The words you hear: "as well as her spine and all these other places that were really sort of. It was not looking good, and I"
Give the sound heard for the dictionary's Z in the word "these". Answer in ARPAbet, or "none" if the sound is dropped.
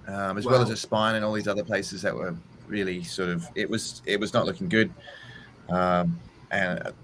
Z